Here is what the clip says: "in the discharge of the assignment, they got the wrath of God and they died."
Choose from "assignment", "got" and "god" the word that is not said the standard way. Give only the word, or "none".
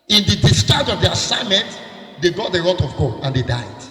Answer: god